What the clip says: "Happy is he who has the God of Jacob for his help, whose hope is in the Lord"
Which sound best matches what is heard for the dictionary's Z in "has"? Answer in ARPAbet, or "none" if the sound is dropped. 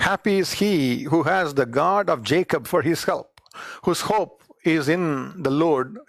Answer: Z